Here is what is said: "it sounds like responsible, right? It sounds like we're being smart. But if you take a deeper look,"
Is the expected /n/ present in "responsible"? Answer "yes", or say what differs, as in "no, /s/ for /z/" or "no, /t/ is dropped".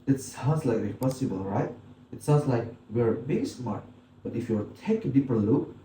no, /n/ is dropped